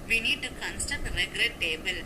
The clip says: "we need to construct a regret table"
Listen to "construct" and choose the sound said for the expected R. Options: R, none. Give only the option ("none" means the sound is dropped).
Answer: none